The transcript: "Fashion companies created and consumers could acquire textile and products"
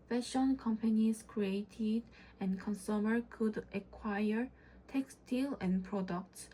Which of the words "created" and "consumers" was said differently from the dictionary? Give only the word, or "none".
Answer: consumers